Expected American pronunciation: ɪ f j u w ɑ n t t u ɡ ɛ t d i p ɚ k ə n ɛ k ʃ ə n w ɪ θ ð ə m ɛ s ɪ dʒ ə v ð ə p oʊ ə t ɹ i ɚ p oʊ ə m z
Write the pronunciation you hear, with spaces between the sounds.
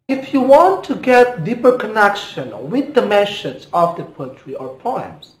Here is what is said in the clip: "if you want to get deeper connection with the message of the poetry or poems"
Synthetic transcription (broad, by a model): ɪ f j u w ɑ n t t u ɡ ɛ t d i p ɚ k ə n ɛ k ʃ ə n w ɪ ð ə m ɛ ʃ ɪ z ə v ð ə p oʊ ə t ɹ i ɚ p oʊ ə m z